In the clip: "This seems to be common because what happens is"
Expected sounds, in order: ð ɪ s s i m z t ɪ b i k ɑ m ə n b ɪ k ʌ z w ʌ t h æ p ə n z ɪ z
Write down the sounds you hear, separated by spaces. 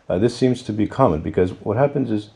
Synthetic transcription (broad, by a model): ð ɪ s s i m z t ɪ b i k ɑ m ə n b ɪ k ʌ z w ʌ t h æ p ə n z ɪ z